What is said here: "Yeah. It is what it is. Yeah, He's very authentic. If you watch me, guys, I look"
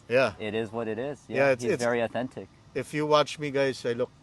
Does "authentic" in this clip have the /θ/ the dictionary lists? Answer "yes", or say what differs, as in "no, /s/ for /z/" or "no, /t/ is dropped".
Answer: yes